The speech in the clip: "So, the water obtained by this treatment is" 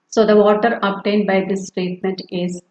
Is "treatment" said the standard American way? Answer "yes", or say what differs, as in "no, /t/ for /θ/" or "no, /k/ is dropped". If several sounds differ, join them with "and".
yes